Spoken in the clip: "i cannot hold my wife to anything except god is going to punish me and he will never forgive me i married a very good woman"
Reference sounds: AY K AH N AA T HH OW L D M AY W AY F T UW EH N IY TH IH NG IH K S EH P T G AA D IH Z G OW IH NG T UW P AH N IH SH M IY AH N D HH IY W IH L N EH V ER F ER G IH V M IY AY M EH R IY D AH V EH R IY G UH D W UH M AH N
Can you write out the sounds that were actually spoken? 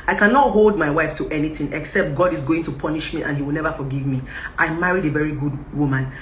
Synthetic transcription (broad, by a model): AY K AH N AA T HH OW L D M AY W AY F T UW EH N IY TH IH NG IH K S EH P T G AA D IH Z G OW IH NG T UW P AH N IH SH M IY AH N HH IY W IH L N EH V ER F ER G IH V M IY AY M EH R IY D AH V EH R IY G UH D W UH M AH N